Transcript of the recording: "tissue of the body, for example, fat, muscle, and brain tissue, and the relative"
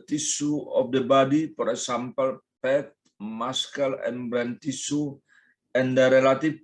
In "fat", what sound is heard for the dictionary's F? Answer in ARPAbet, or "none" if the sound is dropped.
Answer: P